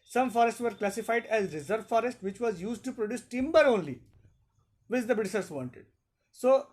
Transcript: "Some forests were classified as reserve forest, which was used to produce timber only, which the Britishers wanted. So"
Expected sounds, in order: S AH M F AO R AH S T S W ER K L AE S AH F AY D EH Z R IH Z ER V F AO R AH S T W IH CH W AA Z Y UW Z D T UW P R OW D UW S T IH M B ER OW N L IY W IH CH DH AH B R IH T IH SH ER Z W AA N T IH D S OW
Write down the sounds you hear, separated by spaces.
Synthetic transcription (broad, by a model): S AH M F AO R AH S T S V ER K L AE S AH F AY D EH Z R IH Z ER V F AO R AH S T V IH CH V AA Z Y UW Z D T UW P R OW D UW S T IH M B ER OW N L IY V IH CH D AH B IH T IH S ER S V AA N T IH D S OW